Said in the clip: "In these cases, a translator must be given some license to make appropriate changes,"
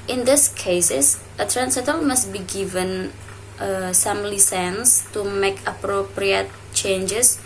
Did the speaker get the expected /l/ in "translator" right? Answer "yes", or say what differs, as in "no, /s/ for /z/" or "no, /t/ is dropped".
no, /l/ is dropped